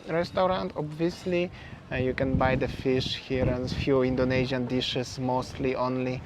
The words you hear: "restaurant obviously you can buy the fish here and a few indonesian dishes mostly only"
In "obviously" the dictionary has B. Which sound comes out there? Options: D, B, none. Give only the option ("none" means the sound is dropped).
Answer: B